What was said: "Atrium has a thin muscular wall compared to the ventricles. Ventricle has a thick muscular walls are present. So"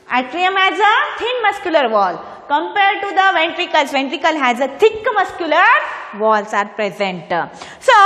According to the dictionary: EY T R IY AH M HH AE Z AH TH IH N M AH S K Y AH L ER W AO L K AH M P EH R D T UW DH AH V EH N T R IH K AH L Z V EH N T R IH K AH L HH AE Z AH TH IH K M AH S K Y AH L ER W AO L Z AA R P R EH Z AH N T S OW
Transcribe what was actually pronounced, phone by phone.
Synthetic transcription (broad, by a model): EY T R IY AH M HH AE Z AH T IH N M AH S K Y AH L ER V AO L K AH M P EH R D T UW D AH V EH N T R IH K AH L S V EH N T R IH K AH L HH AE Z AH T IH K M AH S K Y AH L ER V AO L S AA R P R EH Z AH N T S OW